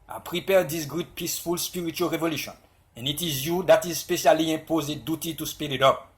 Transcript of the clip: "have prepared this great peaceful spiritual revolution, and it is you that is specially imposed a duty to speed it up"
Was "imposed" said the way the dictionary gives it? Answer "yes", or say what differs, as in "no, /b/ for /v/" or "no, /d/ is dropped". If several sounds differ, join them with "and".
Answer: no, /d/ is dropped